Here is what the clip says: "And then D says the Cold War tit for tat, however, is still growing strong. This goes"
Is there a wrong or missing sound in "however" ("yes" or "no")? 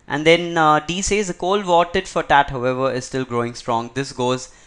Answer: no